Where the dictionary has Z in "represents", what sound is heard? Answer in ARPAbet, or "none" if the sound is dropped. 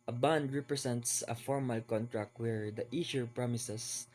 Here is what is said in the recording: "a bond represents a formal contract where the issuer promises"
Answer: S